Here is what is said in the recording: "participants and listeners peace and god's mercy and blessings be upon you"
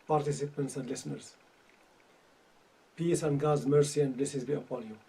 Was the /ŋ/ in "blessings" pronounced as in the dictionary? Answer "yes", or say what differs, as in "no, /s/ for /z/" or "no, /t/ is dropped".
no, /ŋ/ is dropped